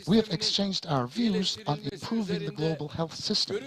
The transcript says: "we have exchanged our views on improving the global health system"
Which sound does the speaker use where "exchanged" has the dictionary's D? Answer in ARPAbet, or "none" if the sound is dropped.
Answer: D